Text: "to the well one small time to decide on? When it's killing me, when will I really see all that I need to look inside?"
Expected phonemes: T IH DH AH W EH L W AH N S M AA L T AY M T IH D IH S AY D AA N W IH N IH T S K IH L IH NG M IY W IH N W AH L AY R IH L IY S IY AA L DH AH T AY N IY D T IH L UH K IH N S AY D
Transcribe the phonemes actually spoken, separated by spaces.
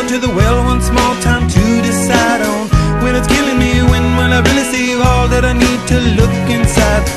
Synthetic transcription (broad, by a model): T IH DH AH W EH L W AH N S M AA L T AY M T IH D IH S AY D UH N W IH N IH T S K IH L IH NG M IY W IH N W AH N AY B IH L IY S IY AA L DH AH T AY N IY D T IH L UH K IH N S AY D